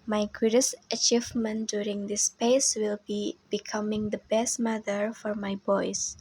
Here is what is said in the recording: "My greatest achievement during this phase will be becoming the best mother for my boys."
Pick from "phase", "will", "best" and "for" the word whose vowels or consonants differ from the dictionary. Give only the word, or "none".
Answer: phase